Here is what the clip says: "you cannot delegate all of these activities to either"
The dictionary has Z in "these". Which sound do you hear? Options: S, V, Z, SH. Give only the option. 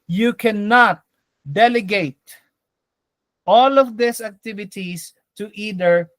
S